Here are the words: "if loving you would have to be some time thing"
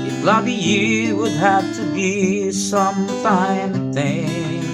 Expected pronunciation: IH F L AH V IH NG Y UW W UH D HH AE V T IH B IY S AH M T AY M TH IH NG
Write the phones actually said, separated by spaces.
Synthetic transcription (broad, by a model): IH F L AH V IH Y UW W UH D HH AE F T IH B IY S AH M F AY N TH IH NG